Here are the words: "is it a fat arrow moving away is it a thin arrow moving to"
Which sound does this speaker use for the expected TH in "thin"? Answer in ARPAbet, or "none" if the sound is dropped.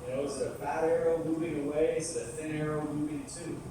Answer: TH